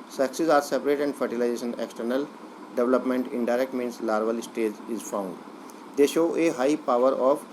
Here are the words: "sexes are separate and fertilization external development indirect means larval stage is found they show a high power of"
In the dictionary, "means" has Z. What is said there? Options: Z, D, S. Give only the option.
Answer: S